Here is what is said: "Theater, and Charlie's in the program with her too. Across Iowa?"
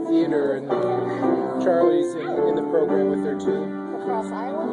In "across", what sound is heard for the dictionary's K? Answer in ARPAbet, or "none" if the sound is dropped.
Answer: none